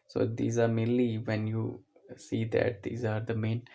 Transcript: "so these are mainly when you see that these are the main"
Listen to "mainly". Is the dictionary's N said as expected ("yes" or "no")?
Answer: no